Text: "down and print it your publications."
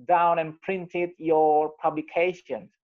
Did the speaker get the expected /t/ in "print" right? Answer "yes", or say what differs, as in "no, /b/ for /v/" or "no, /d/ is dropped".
yes